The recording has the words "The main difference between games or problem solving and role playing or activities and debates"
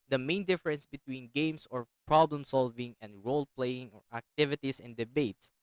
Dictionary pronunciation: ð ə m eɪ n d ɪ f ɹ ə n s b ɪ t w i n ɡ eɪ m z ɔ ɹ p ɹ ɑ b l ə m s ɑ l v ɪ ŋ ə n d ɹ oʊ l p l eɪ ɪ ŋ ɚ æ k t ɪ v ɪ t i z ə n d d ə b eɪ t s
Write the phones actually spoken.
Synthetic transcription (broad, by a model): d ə m eɪ n d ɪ f ɹ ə n s b ɪ t w i n ɡ eɪ m s ɔ ɹ p ɹ ɑ b l ə m s ɑ l v ɪ ŋ ə n d ɹ oʊ l p l eɪ ɪ ŋ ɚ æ k t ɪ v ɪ t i s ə n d d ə b eɪ t s